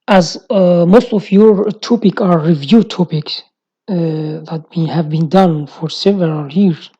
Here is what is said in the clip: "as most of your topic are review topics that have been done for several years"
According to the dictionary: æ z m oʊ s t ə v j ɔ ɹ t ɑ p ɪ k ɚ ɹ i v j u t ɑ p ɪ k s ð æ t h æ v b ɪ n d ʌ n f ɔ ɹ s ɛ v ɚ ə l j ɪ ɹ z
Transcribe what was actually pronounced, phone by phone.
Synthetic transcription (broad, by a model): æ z m oʊ s t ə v j ɔ ɹ t ɑ p ɪ k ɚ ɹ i v j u t ɑ p ɪ k s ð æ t h æ v b ɪ n d ʌ n f ɔ ɹ s ɛ v ɚ ə l j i ɹ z